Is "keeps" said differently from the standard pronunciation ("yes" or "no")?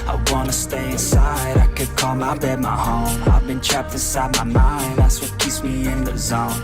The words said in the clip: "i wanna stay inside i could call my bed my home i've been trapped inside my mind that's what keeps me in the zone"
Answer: yes